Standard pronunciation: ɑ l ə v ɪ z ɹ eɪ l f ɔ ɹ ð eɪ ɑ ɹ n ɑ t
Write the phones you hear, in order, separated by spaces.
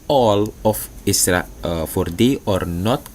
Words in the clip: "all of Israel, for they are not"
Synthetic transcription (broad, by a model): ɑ l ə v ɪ s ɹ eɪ f ɔ ɹ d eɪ ɑ ɹ n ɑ t